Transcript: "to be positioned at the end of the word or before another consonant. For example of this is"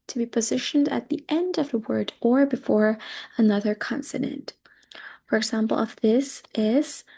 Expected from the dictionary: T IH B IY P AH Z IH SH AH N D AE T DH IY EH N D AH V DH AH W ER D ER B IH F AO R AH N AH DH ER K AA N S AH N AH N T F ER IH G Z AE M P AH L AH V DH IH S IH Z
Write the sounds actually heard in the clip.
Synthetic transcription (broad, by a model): T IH B IY P AH Z IH SH AH N D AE T DH IY EH N D AH V DH AH W ER D ER B IH F AO R AH N AH DH ER K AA N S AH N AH N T F ER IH G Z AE M P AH L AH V DH IH S IH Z